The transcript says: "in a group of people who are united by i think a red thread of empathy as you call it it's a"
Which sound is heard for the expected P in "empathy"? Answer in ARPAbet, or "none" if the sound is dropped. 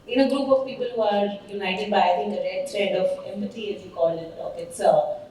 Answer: B